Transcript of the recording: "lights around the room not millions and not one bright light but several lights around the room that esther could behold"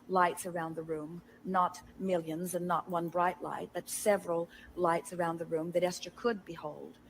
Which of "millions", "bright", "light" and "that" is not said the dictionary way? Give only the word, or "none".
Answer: none